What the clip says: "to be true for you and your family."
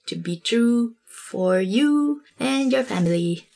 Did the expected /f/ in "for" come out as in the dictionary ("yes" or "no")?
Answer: yes